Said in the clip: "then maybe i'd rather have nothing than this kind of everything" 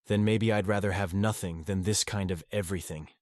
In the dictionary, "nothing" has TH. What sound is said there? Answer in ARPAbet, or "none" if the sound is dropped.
TH